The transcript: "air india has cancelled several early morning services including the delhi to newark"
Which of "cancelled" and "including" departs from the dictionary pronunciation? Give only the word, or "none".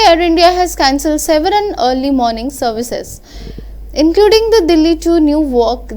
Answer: none